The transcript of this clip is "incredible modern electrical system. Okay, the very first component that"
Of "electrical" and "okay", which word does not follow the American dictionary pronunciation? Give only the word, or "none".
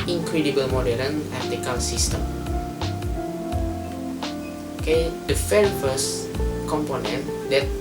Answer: electrical